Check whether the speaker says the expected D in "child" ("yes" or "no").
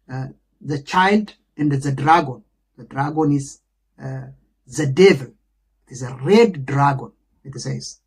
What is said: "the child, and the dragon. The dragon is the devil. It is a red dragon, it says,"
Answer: yes